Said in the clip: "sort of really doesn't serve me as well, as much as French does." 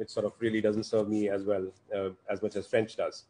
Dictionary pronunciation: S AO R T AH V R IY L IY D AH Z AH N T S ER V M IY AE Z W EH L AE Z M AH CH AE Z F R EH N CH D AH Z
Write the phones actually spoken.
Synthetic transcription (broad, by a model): S AO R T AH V R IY L IY D AH Z AH N T S ER V M IY AE Z W EH L AE Z M AH CH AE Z F R EH N CH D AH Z